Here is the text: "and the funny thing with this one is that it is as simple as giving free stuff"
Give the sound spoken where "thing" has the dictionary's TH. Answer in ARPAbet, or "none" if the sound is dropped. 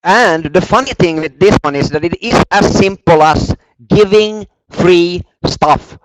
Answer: TH